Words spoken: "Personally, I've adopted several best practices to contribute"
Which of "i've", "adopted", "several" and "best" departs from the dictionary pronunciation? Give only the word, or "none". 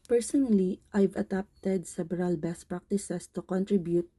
several